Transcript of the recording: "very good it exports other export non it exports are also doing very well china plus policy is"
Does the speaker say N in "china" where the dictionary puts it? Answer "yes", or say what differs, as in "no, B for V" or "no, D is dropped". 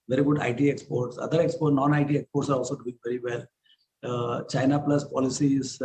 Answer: yes